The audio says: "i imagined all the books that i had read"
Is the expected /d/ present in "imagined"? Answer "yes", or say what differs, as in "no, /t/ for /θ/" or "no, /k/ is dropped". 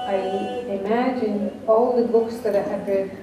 no, /d/ is dropped